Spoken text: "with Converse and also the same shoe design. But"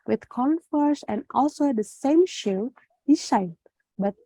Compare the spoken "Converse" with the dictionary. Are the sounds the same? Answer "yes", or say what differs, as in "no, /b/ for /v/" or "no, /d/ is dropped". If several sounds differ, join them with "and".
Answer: no, /f/ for /v/